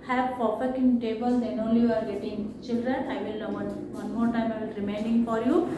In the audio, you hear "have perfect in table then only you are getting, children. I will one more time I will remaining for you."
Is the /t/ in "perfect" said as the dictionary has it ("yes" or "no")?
no